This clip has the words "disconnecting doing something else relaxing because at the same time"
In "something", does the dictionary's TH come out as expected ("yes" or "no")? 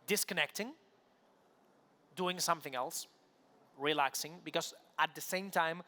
yes